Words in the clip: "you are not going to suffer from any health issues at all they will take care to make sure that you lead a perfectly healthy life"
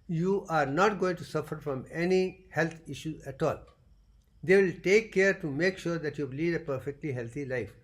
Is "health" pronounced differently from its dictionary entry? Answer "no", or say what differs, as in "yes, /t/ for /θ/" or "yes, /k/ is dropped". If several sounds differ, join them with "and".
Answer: yes, /t/ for /θ/